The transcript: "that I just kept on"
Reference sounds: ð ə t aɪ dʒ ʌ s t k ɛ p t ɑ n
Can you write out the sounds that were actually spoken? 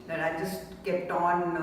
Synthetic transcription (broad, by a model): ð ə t aɪ dʒ ʌ s t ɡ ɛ t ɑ n